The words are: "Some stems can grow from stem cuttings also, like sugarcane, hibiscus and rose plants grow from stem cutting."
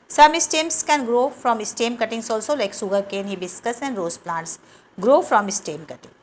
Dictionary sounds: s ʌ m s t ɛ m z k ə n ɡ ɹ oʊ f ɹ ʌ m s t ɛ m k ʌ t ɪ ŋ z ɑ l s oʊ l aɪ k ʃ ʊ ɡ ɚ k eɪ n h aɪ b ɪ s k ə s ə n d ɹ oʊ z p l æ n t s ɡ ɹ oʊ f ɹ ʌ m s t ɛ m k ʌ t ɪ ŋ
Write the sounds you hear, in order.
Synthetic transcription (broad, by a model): s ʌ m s t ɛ m s k ə n ɡ ɹ oʊ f ɹ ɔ m s t ɛ m k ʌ t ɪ ŋ s ɑ l s oʊ l aɪ k s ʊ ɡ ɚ k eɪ n h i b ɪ s k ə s ə n d ɹ oʊ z p l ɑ n t s ɡ ɹ oʊ f ɹ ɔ m s t ɛ m k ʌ t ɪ ŋ